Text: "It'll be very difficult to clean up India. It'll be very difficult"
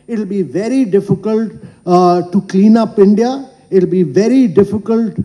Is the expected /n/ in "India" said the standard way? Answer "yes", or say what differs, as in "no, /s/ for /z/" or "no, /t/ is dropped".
yes